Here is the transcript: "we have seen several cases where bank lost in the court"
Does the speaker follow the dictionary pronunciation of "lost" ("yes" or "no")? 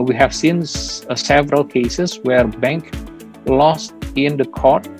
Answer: yes